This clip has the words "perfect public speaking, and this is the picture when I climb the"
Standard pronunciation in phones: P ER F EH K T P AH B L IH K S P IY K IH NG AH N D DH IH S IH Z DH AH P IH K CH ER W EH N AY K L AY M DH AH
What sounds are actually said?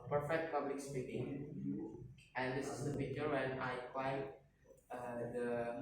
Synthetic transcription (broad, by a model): P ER F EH K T P AH B L IH K S P IY K IH NG AH N D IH S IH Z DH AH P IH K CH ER W EH N AY K W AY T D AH